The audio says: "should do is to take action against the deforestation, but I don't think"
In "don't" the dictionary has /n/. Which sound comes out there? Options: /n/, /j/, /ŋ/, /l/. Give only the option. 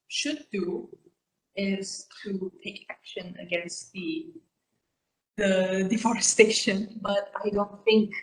/n/